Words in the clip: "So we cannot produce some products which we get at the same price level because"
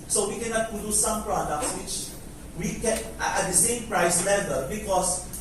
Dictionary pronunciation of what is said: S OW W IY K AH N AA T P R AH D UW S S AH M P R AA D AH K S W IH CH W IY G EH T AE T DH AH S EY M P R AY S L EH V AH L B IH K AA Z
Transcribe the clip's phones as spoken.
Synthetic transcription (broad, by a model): S OW W IY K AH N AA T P AH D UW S S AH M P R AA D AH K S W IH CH W IY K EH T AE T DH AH S EY M P R AY S L EH V AH L B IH K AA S